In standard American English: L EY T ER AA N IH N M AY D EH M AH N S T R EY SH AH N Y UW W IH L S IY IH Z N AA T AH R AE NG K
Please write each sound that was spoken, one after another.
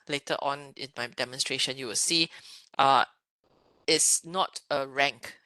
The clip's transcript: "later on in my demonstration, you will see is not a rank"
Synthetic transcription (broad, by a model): L EY T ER AA N IH N M AY D EH M AH N S T R EY SH AH N Y UW W IH L S IY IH S N AA T AH R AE NG K